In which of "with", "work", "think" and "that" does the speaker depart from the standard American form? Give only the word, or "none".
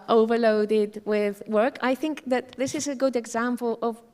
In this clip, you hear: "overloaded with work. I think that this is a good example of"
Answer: none